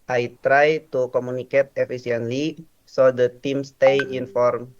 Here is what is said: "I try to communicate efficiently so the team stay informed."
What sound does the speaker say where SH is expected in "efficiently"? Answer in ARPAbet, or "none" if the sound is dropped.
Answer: S